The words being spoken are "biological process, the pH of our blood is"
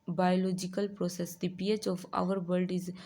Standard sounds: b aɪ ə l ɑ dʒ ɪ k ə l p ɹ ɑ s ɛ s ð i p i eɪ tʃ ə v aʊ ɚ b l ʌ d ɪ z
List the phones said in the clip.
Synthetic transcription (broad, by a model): b aɪ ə l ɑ dʒ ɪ k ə l p ɹ ɑ s ɛ s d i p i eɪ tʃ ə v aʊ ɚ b ʌ d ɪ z